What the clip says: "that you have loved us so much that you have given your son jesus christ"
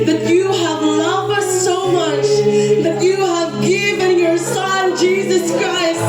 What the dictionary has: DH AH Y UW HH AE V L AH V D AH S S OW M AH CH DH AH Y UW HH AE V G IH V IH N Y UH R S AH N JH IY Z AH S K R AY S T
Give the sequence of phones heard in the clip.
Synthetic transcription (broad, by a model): DH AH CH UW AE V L AH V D AH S S OW M AH CH DH AH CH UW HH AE V G IH V IH N Y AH R S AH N JH IY Z AH S K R AY S T